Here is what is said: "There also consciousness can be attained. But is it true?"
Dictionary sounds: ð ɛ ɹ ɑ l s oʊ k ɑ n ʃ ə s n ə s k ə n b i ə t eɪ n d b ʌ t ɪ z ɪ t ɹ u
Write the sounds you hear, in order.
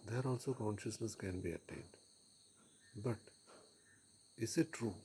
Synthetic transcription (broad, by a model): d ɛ ɹ ɑ l s oʊ k ɑ n ʃ ə s n ə s k ə n b i ə t eɪ n d b ʌ t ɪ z ɪ t ɹ u